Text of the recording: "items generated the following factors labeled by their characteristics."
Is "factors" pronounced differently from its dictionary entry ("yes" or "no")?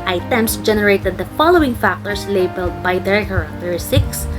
yes